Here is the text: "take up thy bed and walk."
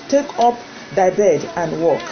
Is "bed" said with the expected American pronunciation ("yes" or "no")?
yes